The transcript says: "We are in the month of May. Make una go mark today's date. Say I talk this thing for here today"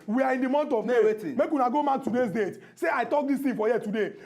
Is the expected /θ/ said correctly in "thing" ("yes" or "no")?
no